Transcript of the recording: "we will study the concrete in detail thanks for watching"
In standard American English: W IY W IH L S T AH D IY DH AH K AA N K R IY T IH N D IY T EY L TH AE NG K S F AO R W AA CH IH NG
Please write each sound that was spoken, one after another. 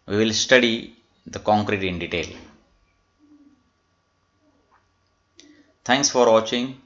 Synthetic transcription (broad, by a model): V IY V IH L S T AH D IY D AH K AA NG K R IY T IH N D IY T EY L T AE NG K S F AO R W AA CH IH NG